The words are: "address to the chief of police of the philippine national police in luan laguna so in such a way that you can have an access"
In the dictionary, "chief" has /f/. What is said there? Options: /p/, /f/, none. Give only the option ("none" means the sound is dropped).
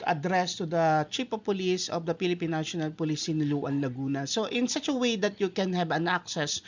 /p/